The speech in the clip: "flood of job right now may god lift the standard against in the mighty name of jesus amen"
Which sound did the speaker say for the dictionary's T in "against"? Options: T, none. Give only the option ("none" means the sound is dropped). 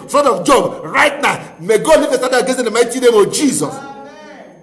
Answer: none